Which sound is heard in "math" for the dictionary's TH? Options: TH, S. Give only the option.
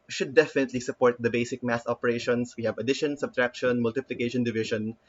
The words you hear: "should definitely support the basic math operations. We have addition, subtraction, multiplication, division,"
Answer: S